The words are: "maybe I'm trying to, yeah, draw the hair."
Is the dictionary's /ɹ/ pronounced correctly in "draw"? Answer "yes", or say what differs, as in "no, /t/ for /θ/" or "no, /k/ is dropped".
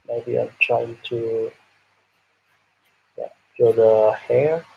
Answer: no, /ɹ/ is dropped